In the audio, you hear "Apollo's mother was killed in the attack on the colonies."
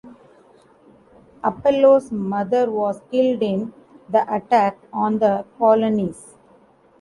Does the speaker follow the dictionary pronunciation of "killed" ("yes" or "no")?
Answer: yes